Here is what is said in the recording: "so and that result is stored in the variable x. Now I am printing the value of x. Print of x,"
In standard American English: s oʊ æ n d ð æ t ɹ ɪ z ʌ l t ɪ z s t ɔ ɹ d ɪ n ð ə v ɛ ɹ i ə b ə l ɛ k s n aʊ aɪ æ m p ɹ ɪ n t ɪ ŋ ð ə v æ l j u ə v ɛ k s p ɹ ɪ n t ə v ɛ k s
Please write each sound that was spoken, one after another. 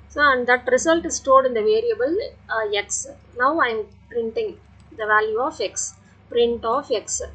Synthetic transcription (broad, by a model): s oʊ æ n d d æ t ɹ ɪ s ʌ l t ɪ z s t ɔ d ɪ n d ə v ɛ ɹ i ə b ə l ɛ k s n aʊ aɪ m p ɹ ɪ n t ɪ ŋ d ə v æ l j u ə f ɛ k s p ɹ ɪ n t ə f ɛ k s